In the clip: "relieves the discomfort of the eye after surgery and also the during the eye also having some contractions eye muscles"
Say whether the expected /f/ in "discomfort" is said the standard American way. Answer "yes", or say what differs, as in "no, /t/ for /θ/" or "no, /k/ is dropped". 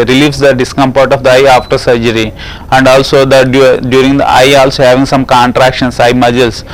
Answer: no, /p/ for /f/